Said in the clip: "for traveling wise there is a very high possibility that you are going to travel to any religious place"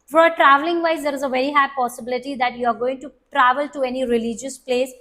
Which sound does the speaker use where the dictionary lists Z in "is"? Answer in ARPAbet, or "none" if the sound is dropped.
Z